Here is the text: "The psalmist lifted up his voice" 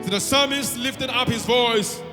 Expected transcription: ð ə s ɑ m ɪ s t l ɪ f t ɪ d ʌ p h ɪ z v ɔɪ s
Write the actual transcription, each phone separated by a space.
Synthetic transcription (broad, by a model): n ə s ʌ m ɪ s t l ɪ f t ɪ d ʌ p h ɪ z v ɔɪ s